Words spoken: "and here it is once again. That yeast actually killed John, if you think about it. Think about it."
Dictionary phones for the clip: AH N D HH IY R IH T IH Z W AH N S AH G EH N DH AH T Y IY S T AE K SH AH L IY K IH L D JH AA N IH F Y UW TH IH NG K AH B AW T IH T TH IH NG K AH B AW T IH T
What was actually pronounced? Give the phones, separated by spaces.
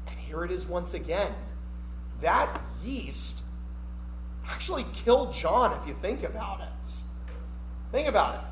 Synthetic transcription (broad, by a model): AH N HH IY R IH T IH Z W AH N S AH G EH N DH AH T Y IY S T AE K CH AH L IY K IH L D JH AA N IH F Y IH TH IH NG K AH B AW T IH T TH IH NG K AH B AW T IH T